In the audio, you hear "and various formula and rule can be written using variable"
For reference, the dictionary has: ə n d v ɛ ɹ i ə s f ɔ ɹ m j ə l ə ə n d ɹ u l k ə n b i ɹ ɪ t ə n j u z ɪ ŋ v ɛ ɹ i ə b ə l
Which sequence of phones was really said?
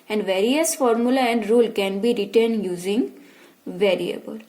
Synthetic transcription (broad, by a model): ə n d v ɛ ɹ i ə s f ɔ ɹ m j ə l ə ə n d ɹ u l k ə n b i ɹ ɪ t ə n j u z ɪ ŋ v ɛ ɹ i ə b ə l